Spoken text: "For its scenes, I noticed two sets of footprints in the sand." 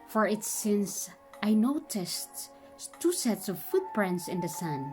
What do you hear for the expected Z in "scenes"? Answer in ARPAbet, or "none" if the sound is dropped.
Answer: S